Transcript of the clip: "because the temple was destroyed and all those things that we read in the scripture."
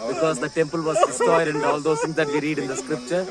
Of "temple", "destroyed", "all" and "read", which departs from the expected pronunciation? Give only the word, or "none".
destroyed